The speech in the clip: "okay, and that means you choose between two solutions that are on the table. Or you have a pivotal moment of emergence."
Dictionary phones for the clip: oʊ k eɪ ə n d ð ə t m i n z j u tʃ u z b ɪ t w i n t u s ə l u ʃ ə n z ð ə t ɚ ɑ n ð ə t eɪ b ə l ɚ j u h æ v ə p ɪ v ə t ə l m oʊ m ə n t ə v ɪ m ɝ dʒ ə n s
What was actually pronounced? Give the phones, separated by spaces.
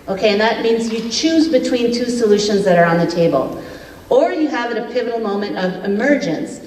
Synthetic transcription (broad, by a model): oʊ k eɪ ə n ð ə t m i n z j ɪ tʃ u z b ɪ t w i n t u s ə l u ʃ ə n z ð ə t ɚ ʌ n ð ə t eɪ b ə l ɚ j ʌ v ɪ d ə p ɪ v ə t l m oʊ m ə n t ə v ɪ m ɝ dʒ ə n s